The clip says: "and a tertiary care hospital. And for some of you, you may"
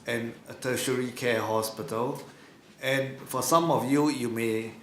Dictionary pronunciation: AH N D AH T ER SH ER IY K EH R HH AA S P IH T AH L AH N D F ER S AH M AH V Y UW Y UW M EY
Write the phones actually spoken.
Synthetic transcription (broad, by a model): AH N AH T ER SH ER IY K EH HH AA S P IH T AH L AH N F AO S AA M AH F Y UW Y UW M EY